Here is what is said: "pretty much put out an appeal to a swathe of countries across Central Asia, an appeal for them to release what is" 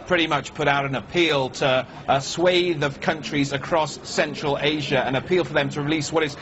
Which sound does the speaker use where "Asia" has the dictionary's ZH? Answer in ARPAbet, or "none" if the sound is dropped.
ZH